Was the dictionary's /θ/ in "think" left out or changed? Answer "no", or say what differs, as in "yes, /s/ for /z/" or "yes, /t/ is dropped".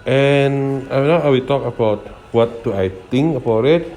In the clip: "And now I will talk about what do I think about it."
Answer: yes, /t/ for /θ/